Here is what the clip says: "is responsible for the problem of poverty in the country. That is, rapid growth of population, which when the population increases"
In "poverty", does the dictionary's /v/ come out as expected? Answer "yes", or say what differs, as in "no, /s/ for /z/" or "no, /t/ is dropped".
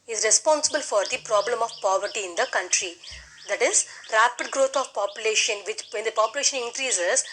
yes